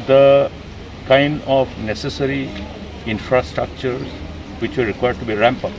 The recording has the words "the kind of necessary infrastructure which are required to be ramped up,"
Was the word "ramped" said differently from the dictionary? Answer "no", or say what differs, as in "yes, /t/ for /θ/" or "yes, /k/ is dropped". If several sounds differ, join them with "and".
yes, /t/ is dropped